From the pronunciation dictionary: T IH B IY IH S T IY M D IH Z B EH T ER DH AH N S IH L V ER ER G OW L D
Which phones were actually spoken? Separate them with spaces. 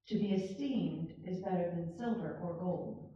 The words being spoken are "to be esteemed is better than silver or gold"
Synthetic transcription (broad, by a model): T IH B IY IH S T IY M D IH Z B EH T ER DH AH N S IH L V ER ER G OW L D